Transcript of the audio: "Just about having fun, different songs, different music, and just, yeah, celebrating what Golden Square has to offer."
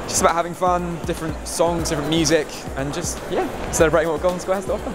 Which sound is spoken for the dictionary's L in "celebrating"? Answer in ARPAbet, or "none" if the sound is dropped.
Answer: none